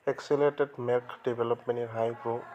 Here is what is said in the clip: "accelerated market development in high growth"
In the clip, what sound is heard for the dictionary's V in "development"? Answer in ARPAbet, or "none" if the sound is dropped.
B